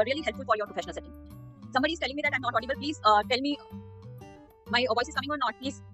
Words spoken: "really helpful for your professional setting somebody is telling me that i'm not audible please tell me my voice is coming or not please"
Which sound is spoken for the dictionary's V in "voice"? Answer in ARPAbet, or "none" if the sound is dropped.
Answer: V